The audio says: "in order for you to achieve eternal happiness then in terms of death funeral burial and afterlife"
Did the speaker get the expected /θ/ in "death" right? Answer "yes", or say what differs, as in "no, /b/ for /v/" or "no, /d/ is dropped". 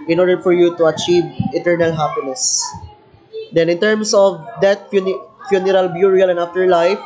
no, /f/ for /θ/